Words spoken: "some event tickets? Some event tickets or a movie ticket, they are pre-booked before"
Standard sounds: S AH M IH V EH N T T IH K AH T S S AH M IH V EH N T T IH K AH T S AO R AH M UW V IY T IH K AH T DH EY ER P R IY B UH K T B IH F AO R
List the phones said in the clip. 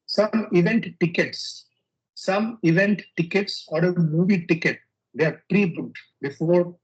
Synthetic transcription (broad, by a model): S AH M IH V EH N T T IH K AH T S S AH M IH V EH N T T IH K AH T S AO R AH M UW V IY T IH K AH T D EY P R IY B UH T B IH F AO R